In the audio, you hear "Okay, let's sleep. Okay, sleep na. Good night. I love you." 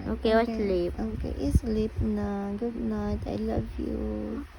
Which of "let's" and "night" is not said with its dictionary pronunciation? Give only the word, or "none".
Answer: let's